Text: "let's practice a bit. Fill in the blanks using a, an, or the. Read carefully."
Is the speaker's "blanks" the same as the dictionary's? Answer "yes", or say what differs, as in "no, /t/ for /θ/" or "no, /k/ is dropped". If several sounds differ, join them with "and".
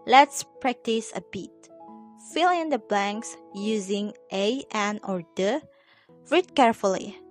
yes